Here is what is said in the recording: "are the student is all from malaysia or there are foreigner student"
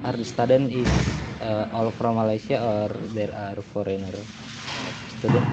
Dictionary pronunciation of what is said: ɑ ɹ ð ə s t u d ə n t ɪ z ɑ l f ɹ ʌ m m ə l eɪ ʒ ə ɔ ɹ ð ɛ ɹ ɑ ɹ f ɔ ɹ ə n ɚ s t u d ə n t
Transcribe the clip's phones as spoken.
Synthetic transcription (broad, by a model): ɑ ɹ s t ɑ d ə n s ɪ ɑ l f ɹ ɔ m m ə l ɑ s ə ɔ ɹ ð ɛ ɹ ɑ ɹ f ɔ ɹ ə n ɚ s t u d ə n